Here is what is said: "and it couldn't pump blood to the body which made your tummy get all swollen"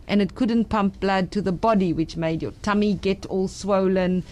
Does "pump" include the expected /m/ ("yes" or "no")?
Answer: yes